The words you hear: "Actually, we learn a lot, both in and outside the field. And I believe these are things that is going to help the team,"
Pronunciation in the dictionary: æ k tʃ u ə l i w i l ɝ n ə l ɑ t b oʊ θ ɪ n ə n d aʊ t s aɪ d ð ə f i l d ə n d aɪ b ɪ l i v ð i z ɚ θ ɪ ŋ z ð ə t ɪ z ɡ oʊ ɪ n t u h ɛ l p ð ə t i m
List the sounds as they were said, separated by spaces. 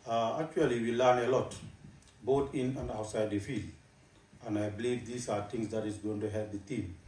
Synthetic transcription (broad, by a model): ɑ k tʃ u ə l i w i l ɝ n ə l ɑ t b oʊ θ ɪ n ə n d aʊ t s aɪ d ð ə f i l d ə n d aɪ b ɪ l i v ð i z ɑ t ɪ ŋ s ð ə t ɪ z ɡ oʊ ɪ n t u h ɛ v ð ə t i m